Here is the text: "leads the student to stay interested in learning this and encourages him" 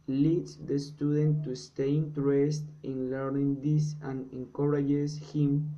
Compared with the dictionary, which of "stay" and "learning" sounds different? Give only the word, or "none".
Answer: none